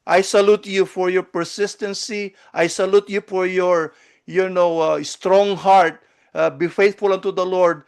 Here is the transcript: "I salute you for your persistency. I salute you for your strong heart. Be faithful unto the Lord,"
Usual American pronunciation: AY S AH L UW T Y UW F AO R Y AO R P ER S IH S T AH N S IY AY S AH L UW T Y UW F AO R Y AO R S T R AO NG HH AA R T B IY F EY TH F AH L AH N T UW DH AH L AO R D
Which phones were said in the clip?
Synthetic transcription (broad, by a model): AY S AH L UW T Y UW F AO R Y AO R P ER S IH S T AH N S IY AY S AH L UW T Y UW F AO R Y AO R S T R AO NG HH AA R T B IY F EY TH F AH L AH N T UW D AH L AO R D